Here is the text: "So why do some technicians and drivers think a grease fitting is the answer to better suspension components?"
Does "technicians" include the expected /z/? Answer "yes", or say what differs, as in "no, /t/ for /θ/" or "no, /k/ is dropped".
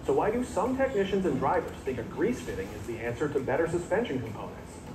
yes